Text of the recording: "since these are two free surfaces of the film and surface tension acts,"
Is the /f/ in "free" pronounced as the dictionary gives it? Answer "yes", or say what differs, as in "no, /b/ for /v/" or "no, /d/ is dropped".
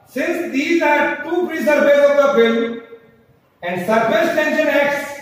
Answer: no, /p/ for /f/